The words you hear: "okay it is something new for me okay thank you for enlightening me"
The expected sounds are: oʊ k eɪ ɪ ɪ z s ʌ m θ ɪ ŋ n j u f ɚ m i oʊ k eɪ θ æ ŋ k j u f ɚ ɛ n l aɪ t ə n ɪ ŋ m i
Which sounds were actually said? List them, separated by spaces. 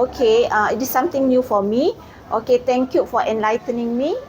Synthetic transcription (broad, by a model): oʊ k eɪ ɪ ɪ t s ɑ m t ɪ ŋ n j u f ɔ m i oʊ k eɪ t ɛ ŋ k j u f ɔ ɛ n l aɪ t ə n ɪ ŋ m i